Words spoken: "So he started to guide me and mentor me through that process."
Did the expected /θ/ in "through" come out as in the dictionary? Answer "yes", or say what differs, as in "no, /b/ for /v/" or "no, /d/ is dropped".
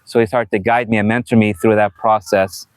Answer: yes